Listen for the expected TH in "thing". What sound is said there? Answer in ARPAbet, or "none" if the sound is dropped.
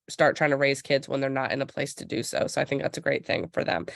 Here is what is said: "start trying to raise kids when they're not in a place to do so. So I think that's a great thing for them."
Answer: TH